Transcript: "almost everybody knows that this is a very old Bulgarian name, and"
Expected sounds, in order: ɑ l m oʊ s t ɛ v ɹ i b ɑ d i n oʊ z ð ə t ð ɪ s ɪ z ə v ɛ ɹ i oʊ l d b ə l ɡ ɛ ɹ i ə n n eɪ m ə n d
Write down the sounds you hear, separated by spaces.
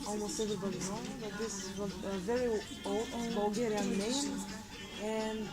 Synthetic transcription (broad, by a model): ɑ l m oʊ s t ɛ v ɹ i b ɑ d i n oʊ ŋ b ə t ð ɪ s ɪ z ə v ɛ ɹ i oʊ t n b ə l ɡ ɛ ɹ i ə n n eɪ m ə n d